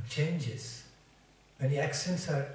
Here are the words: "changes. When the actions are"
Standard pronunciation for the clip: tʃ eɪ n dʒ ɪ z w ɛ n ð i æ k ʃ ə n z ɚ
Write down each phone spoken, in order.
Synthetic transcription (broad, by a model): tʃ eɪ n dʒ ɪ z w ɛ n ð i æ k s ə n s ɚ